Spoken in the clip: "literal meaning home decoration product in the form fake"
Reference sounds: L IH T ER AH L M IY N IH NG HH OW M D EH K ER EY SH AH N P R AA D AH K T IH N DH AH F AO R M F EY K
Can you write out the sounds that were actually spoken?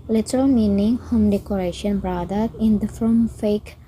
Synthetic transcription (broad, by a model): L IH T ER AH L M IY N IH NG HH OW M D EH K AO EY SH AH N B R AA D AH T IH N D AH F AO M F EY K